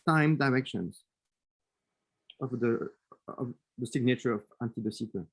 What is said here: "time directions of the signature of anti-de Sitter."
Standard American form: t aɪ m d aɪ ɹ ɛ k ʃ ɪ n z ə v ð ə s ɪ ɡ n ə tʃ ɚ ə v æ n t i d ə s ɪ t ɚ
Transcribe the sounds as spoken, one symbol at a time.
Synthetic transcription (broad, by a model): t aɪ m d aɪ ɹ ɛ k ʃ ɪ n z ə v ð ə s ɪ ɡ n ə tʃ ɚ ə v æ n t i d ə s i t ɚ